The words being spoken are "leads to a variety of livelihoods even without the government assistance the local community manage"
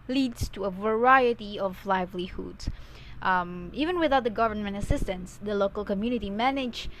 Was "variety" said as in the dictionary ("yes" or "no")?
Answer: yes